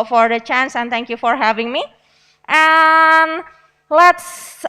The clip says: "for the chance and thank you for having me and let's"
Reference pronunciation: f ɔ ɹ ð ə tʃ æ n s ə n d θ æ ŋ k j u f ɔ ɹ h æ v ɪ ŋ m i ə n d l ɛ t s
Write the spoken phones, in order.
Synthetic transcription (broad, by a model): f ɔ ɹ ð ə tʃ æ n s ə n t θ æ ŋ k j u f ɔ ɹ h æ v ɪ ŋ m i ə n l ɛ t s